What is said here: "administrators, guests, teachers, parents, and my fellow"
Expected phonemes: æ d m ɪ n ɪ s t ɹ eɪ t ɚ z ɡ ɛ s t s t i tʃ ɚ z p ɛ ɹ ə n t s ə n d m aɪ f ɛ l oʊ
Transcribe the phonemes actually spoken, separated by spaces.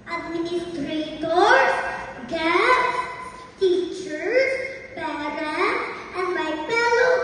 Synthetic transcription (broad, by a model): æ d m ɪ n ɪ s t ɹ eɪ t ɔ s ɡ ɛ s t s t i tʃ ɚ s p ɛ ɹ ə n t ə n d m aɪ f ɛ l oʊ